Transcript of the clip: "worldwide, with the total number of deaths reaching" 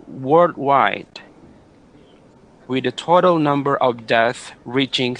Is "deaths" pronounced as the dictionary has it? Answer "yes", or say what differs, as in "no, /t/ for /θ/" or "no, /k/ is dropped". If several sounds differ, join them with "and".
no, /s/ is dropped